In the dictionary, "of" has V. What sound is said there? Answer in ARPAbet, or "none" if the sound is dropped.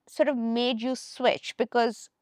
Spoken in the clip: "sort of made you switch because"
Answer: V